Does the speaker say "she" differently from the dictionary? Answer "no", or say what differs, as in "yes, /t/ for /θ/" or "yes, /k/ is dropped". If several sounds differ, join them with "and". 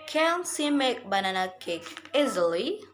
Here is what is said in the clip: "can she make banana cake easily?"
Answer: yes, /s/ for /ʃ/